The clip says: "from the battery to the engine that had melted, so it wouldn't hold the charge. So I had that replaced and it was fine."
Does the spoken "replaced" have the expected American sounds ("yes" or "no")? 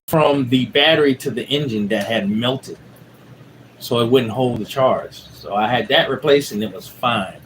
no